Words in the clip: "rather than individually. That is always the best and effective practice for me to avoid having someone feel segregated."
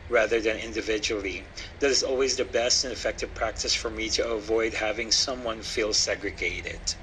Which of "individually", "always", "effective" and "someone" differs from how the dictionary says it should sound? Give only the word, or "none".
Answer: none